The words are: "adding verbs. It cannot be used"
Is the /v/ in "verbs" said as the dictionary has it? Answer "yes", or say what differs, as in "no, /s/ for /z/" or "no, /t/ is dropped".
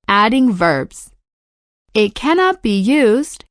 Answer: yes